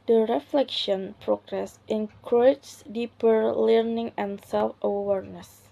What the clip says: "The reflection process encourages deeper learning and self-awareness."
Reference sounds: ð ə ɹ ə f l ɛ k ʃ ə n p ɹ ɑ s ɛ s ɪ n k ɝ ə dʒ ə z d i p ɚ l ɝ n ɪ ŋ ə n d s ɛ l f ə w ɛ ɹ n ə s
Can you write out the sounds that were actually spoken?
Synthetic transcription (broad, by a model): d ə ɹ ə f l ɛ k ʃ ə n p ɹ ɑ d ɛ s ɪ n k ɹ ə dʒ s d i p ɚ l ɝ n ɪ ŋ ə n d s ɛ l f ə w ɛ ɹ n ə s